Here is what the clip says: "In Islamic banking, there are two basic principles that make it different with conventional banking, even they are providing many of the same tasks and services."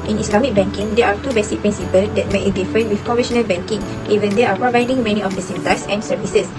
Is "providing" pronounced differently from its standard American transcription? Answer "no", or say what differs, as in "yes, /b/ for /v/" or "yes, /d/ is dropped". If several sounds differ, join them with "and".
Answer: no